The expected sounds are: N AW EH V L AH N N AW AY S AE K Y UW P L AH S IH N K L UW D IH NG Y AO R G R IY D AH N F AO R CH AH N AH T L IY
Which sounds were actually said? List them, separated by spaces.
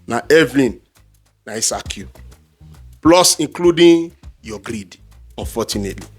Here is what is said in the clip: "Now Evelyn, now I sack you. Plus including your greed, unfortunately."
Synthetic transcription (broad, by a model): N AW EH V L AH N N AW AY S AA K Y UW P L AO S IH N K L UW D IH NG Y AO G R IY D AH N F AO CH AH N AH T L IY